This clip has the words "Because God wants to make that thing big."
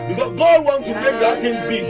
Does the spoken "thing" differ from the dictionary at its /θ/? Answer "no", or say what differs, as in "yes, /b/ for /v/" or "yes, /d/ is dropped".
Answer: yes, /t/ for /θ/